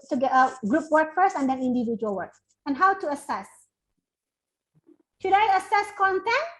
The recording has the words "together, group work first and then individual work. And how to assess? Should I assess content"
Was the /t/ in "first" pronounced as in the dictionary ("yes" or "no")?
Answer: no